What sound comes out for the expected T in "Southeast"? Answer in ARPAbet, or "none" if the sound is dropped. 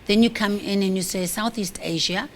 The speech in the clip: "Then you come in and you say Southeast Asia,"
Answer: T